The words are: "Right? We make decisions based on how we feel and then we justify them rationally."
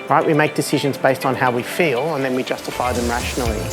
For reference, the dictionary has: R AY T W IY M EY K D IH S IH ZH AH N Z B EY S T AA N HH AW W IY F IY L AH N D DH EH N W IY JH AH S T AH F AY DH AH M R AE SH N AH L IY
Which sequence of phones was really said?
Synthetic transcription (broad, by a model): R AY T W IY M EY K D IH S IH ZH AH N Z B EY S T N HH AW W IY F IY L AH N DH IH N W IY JH AH S T AH F AY DH AH M R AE SH N L IY